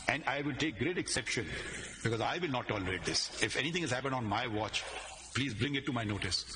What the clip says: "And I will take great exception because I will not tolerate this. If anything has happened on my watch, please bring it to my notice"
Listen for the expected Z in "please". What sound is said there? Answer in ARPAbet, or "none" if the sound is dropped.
Z